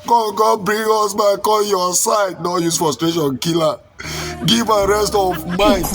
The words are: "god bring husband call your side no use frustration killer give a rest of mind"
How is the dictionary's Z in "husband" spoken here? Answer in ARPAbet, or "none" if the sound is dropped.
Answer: S